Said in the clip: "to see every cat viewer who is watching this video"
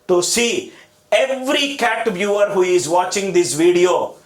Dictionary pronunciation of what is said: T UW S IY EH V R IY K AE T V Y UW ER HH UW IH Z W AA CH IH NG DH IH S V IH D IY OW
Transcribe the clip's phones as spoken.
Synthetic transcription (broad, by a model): T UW S IY EH V R IY K AE T B Y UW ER HH UW IH Z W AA CH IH NG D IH S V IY D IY OW